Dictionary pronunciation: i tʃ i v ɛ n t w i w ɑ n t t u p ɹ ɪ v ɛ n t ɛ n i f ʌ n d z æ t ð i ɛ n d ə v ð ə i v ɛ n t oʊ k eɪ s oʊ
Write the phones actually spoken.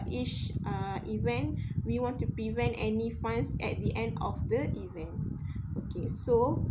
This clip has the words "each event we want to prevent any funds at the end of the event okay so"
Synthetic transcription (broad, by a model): i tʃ i v ɛ n t w i w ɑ n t t u p ɹ ɪ v ɛ n t ɛ n i f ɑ n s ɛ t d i ɛ n d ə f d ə i v ɛ n t oʊ k eɪ s oʊ